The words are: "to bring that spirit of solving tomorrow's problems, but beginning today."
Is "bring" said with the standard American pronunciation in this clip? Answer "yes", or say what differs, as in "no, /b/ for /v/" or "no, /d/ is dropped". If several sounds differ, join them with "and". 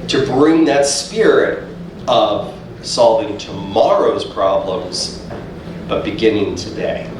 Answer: yes